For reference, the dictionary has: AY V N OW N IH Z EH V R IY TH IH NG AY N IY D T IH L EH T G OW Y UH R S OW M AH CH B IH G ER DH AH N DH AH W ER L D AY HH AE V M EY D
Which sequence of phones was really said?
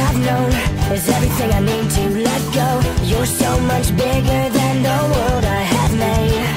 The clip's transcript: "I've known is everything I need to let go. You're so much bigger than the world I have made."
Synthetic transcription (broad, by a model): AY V N OW N IH Z EH V R IY TH IH NG AY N IY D T IH L EH T G OW Y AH R S OW M AH CH B IH G ER DH AH N DH AH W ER D AY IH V M EY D